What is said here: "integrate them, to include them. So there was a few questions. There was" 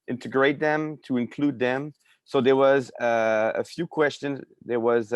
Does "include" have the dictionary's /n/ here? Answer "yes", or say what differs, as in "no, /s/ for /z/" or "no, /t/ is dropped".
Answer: yes